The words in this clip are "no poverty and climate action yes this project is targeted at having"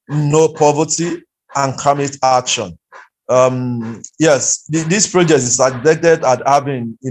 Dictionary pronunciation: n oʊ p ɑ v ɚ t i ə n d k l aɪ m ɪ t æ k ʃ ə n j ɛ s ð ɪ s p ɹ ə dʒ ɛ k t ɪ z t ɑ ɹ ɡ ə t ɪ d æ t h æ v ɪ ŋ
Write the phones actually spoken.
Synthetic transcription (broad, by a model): n oʊ p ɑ v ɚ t i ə n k aɪ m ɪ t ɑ k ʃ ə n j ɛ s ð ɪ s p ɹ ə dʒ ɛ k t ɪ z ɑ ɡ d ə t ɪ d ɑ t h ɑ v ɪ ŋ